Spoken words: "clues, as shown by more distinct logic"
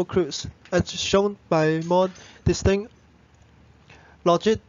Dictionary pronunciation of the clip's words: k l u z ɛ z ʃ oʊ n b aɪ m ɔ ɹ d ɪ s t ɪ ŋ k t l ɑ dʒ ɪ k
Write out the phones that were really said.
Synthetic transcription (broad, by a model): k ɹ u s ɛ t ʃ oʊ n b aɪ m ɔ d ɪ s t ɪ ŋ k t l ɑ dʒ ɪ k